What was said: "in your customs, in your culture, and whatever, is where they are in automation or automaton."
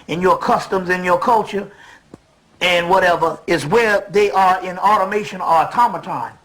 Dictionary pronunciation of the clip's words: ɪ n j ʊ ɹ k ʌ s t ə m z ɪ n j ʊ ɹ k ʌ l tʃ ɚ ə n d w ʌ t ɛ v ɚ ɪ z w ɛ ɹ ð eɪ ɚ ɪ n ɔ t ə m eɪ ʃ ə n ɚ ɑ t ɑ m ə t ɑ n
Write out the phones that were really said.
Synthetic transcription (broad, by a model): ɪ n j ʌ ɹ k ʌ s t ə m z ɪ n j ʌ ɹ k ʌ l tʃ ɚ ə n w ʌ t ɛ v ɚ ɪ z w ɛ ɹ ð eɪ ɚ ɪ n ɔ t ə m eɪ ʃ ə n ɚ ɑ t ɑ m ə t ɑ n